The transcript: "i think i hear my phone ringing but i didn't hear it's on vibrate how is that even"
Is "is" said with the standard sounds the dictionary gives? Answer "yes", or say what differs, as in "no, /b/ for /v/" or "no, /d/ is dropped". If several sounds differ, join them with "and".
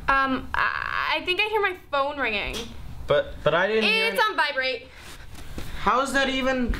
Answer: yes